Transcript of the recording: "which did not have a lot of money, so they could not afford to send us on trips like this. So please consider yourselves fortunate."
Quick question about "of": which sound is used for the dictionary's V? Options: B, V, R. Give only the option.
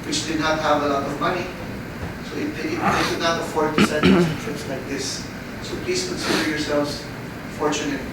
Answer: V